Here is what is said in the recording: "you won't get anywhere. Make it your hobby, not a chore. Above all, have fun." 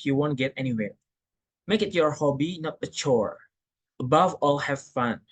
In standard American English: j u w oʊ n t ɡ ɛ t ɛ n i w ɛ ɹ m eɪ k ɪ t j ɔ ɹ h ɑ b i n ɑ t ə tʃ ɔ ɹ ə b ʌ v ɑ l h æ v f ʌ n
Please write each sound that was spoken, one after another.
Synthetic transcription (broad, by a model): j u w oʊ n t ɡ ɛ t ɛ n i w ɛ ɹ m eɪ k ɪ t j ɔ ɹ h ɑ b i n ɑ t ə tʃ ɔ ɹ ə b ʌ v ɑ l h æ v f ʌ n